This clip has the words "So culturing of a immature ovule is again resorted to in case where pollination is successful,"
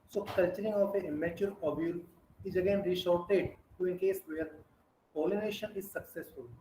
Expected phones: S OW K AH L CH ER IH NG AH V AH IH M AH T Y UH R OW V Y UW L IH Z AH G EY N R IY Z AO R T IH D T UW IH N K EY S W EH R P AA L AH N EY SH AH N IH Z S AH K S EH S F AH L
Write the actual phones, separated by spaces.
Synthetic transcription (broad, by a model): S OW K AH L CH ER IH NG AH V AH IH M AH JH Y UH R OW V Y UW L IH Z AH G EY N R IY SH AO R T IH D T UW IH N K EY S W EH R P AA L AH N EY SH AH N IH Z S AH K S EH S F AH L